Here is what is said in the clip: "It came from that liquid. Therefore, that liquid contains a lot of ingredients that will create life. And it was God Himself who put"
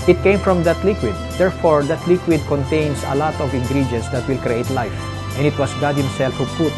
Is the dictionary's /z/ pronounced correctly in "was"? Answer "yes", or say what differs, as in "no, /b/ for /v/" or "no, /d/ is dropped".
no, /s/ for /z/